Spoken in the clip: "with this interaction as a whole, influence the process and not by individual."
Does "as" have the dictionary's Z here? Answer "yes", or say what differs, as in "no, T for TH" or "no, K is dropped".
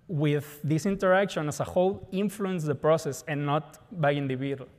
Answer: no, S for Z